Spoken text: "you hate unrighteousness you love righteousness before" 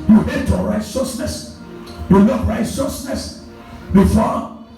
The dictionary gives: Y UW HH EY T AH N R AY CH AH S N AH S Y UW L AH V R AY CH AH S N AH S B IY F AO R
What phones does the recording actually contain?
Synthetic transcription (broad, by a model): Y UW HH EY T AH R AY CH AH S N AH S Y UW N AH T R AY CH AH S N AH S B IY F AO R